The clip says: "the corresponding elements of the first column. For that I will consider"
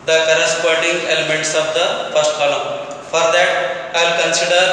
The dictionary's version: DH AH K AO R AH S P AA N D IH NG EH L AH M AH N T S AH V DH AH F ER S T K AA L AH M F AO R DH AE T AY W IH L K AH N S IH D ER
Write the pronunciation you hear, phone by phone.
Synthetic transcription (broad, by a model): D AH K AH R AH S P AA D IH NG EH L AH M AH N T S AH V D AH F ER S T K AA L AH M F AO R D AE T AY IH L K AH N S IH D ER